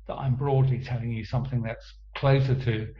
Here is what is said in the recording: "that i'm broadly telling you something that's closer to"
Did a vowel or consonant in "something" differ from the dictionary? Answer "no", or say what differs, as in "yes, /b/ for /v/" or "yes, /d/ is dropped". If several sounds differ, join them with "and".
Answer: no